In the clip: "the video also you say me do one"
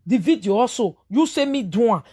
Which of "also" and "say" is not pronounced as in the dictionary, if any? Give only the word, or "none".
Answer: also